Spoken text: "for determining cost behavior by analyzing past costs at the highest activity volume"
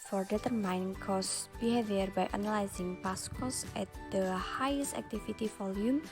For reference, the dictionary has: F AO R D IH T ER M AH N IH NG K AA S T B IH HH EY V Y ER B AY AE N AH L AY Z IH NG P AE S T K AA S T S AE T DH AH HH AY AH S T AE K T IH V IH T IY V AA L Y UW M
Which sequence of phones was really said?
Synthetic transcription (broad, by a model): F AO R D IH T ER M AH N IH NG K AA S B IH HH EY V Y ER B AY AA N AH L AY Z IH NG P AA S K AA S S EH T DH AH HH AY AH S T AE K T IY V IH T IY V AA L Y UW M